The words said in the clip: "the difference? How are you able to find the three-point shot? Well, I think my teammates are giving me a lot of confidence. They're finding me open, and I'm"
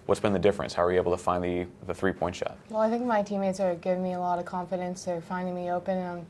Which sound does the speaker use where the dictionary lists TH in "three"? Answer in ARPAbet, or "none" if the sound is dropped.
TH